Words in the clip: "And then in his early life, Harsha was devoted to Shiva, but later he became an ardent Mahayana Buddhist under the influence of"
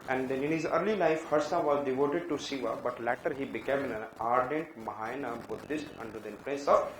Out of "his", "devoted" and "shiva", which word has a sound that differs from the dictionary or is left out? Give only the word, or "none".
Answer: shiva